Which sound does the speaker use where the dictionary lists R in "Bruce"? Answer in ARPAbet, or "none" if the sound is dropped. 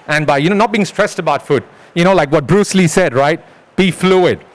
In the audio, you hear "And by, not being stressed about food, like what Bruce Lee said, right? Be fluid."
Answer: R